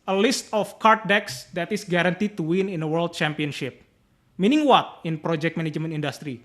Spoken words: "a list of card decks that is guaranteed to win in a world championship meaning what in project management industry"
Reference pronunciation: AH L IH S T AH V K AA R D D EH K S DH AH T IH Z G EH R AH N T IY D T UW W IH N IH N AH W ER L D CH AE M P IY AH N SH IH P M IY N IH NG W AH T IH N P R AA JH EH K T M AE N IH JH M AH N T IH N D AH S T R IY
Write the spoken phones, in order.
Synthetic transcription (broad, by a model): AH L IH S T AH F K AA R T D EH K S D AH T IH S G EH R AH N T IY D T UW W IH N IH N AH W ER L D CH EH M P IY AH N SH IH P M IY N IH NG W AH T IH N P R AA JH EH K T M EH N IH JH M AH N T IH N D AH S T R IY